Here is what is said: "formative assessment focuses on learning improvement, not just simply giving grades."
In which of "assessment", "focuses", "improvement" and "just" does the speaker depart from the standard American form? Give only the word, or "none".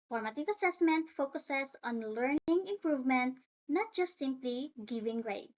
focuses